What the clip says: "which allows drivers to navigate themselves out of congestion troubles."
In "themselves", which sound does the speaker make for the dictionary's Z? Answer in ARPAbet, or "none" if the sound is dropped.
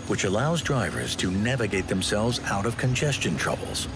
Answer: Z